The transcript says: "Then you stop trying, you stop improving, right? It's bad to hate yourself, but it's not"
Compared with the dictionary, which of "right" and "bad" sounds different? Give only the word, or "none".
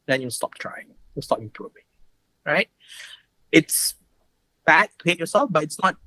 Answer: none